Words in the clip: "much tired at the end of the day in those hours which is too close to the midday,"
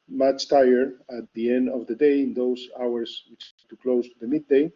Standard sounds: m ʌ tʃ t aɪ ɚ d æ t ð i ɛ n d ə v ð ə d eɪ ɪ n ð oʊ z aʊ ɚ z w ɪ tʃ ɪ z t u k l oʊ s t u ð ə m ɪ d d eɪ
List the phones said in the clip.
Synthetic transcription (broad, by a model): m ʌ tʃ t aɪ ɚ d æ t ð i ɛ n d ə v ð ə d eɪ ɪ n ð oʊ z aʊ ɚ s w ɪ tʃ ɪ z t u k l oʊ s t u ð ə m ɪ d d eɪ